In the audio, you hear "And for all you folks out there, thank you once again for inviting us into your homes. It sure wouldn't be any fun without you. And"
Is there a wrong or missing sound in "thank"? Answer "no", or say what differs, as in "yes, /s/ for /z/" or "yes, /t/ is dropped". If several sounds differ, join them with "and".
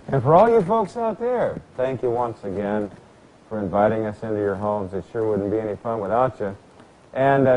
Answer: no